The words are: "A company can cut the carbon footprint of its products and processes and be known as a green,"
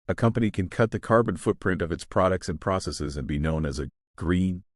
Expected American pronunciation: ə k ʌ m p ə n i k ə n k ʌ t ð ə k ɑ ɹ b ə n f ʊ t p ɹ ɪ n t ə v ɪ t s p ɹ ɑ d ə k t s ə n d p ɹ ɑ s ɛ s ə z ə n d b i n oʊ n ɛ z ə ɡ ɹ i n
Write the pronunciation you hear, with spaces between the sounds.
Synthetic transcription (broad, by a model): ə k ʌ m p ə n i k ə n k ʌ t ð ə k ɑ ɹ b ə n f ʊ t p ɹ ɪ n t ə v ɪ t s p ɹ ɑ d ə k t s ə n p ɹ ɑ s ɛ s ə z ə n b i n oʊ n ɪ z ə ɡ ɹ i n